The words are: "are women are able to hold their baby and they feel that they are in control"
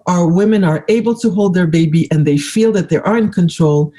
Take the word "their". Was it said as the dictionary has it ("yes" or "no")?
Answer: yes